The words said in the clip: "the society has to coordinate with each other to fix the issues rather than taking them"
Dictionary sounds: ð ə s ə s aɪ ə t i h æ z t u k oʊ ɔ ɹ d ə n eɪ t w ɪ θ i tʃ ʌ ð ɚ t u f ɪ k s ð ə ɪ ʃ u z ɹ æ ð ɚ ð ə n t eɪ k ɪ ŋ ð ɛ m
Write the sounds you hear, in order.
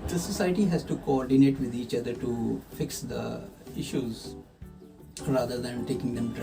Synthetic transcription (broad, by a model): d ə s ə s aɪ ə t i h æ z t u k oʊ ɔ ɹ d ə n eɪ t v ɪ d i tʃ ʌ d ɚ t u f ɪ k s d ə ɪ ʃ u z ɹ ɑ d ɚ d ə n t eɪ k ɪ ŋ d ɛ m